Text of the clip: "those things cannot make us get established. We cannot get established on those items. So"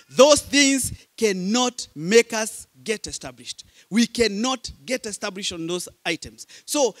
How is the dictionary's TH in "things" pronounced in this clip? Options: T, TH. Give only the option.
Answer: TH